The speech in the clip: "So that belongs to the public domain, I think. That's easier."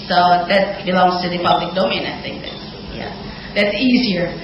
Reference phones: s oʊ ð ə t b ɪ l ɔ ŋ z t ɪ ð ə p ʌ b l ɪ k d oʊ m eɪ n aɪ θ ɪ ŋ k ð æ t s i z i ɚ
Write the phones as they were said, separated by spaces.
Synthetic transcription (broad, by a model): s oʊ ð ə t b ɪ l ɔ ŋ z t ɪ ð ə p ʌ b l ɪ k d oʊ m eɪ n aɪ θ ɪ ŋ k ð æ t s i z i ɚ